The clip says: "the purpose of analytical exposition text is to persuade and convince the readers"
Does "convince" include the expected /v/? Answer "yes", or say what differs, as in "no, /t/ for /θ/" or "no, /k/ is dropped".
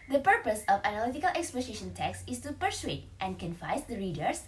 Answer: no, /f/ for /v/